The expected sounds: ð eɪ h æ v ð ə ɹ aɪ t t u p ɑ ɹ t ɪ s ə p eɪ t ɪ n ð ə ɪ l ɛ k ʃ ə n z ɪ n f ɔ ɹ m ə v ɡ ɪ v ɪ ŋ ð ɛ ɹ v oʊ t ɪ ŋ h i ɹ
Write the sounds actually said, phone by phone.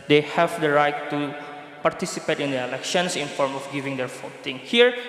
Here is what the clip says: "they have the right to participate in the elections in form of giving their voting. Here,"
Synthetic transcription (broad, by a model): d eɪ h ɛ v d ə ɹ aɪ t t u p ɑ ɹ t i s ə p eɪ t ɪ n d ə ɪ l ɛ k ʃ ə n s ɪ n f ɔ ɹ m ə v ɡ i v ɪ ŋ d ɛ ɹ f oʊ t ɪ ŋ h i ɹ